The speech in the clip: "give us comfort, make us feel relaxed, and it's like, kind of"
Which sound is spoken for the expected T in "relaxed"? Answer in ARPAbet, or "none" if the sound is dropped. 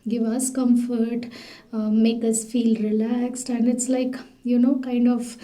T